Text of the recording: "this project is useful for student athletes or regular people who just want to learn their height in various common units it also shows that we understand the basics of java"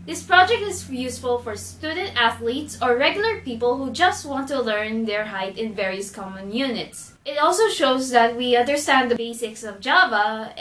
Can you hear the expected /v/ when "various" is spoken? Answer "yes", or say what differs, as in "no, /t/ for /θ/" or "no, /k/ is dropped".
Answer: yes